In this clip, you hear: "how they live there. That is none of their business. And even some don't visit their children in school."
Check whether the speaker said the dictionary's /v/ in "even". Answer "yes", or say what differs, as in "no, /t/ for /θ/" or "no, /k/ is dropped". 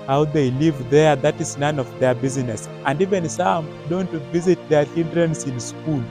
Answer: yes